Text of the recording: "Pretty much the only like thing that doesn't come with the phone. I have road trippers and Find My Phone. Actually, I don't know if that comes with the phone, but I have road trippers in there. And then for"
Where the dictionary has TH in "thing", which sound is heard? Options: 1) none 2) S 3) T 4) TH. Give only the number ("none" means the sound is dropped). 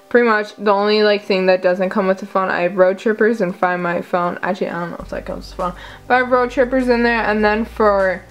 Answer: 4